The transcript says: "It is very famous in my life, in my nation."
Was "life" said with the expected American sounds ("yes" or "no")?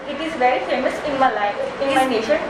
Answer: no